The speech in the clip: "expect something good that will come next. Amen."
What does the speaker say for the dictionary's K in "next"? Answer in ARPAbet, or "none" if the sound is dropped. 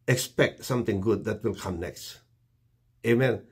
K